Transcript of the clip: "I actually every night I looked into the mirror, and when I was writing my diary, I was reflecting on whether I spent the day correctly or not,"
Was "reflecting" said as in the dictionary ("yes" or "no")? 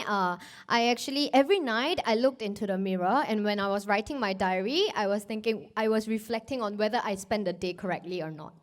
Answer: yes